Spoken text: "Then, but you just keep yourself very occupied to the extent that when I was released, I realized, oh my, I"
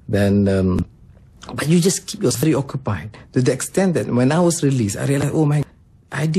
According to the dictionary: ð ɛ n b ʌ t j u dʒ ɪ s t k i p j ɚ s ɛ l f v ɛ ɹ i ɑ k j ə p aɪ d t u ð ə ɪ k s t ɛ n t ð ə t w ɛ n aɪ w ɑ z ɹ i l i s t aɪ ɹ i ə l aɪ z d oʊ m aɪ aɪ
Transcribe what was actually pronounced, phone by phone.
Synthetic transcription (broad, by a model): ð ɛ n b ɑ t j u dʒ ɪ s k i p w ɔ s v ɛ ɹ i ɑ k j ə p aɪ d t u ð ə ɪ k s t ɛ n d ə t w ɛ n aɪ w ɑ s ɹ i l i s aɪ ɹ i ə l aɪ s oʊ m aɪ aɪ